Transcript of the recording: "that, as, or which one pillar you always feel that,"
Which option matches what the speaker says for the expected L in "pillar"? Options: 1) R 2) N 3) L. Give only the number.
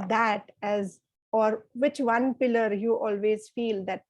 3